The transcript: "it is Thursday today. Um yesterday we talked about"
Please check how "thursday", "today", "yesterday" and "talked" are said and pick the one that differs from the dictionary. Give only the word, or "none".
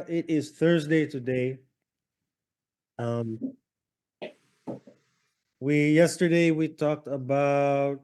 none